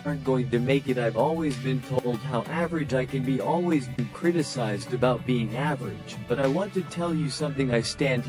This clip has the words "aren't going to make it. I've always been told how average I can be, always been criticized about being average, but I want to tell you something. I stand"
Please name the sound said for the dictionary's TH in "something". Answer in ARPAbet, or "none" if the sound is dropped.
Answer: TH